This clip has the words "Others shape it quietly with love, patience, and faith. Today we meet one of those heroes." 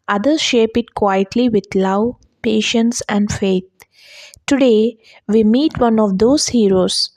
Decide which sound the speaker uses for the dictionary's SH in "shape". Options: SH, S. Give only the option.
SH